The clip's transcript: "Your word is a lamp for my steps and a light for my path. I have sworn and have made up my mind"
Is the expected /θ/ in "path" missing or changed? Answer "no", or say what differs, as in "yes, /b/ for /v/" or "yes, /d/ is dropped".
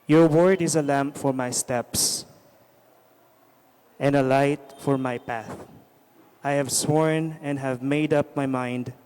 no